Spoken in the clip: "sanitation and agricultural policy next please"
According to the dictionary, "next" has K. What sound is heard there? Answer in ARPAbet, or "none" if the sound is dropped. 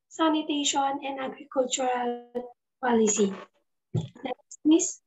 none